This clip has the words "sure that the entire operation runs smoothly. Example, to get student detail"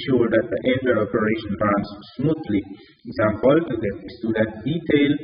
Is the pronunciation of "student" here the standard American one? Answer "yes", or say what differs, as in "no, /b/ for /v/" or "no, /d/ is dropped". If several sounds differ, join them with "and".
no, /n/ is dropped